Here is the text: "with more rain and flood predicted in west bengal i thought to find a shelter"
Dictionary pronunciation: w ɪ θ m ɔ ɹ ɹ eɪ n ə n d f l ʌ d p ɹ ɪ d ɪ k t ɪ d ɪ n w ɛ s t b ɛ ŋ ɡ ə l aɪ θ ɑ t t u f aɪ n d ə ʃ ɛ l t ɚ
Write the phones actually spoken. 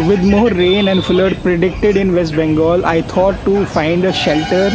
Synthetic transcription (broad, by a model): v ɪ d m ɔ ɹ ɹ eɪ n ə n d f l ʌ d p ɹ ɪ d ɪ k t ɪ d ɪ n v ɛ s t b ɛ ŋ ɡ ə l aɪ t ɑ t t u f aɪ n d ə ʃ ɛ l t ɚ